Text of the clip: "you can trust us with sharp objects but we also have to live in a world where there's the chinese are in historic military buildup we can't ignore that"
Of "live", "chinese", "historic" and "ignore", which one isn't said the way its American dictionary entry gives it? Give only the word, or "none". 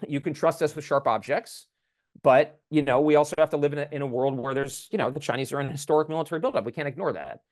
none